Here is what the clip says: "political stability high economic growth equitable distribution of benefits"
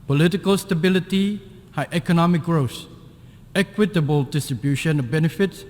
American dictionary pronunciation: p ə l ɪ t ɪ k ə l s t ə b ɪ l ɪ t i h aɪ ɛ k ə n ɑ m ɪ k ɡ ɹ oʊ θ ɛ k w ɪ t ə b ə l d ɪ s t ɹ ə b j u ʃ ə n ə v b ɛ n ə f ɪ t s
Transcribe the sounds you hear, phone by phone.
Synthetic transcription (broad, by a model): p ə l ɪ t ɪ k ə l s t ə b ɪ l ɪ t i h aɪ ɛ k ə n ɑ m ɪ k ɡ ɹ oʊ s ɛ k w ɪ t ə b ə l d ɪ s t ɹ ə b j u ʃ ə n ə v b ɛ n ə f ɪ t s